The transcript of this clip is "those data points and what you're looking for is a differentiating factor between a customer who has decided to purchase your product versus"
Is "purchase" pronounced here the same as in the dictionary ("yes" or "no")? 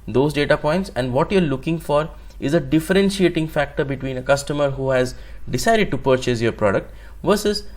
yes